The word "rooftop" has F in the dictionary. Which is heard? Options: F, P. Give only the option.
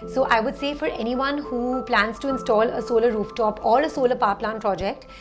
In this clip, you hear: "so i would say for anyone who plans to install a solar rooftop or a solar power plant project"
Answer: F